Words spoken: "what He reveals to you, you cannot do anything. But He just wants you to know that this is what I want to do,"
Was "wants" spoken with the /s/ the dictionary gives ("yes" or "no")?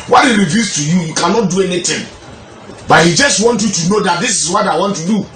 no